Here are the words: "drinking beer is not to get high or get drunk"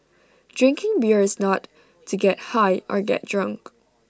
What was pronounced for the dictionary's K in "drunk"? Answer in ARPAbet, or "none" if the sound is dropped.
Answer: K